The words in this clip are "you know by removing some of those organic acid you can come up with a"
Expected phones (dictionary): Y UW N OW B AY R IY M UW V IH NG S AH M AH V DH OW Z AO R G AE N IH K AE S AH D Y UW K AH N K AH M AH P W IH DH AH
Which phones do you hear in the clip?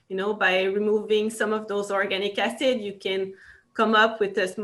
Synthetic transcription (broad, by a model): Y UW N OW B AY R IY M UW V IH NG S AH M AH V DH OW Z AO R G AE N IH K AE S AH D Y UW K AH N K AH M AH P W IH DH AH